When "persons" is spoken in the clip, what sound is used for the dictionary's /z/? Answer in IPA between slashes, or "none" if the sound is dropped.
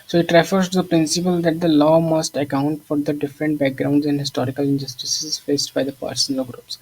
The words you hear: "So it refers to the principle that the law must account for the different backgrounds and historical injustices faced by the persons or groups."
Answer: none